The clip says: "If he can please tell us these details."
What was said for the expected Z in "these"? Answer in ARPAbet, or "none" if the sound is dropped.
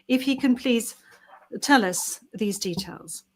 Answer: Z